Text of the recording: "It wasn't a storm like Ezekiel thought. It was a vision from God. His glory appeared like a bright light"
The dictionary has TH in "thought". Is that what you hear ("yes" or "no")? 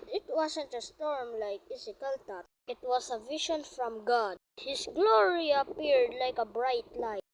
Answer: no